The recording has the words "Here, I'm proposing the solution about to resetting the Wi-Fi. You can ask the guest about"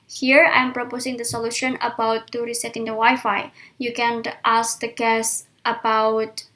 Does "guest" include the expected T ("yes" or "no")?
yes